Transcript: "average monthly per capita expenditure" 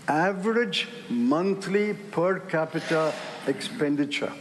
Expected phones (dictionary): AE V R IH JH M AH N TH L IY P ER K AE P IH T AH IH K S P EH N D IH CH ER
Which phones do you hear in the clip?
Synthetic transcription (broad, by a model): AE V R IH JH M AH N T L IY P ER K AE P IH T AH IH K S P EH N D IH CH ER